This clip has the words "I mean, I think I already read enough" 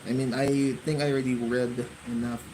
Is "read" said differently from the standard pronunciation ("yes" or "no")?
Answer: no